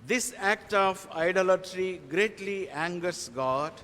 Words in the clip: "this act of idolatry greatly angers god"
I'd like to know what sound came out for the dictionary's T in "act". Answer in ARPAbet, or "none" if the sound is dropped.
T